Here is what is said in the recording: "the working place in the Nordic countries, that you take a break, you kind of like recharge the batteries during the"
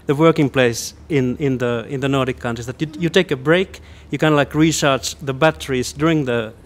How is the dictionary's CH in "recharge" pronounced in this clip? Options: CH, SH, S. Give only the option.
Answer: SH